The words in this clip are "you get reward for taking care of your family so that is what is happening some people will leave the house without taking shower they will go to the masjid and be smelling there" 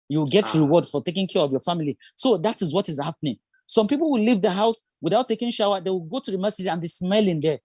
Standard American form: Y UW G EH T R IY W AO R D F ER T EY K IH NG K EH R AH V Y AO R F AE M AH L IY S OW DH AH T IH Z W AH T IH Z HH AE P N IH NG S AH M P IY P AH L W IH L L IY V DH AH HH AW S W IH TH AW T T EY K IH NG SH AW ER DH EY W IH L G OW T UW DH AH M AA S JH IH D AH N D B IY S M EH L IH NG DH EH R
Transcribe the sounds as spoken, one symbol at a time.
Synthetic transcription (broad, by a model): Y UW G EH T R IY W AO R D F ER T EY K IH NG K EH R AH V Y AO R F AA M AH L IY S OW DH AH T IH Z W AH T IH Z HH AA P N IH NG S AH M P IY P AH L W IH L L IY V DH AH HH AW S W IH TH AW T T EY K IH NG SH AW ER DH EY W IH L G OW T UW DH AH M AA S IH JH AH N B IY S M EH L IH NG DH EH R